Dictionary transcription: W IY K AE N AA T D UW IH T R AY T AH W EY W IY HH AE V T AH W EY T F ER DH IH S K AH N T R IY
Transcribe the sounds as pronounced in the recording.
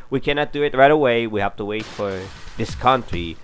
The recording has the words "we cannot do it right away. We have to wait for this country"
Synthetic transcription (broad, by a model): W IY K AE N AA T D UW IH T R AY T AH W EY W IY HH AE F T AH W EY T F ER DH IH S K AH N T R IY